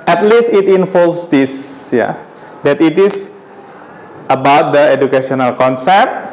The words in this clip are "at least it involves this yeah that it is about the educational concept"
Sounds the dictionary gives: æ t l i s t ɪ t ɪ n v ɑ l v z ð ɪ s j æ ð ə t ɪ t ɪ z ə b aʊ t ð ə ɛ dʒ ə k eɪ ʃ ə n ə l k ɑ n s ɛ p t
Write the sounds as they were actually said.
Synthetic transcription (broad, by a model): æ t l i s t ɪ t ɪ n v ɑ l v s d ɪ s j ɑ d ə t ɪ t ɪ s ə b aʊ t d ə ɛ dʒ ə k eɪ s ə n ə l k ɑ n s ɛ p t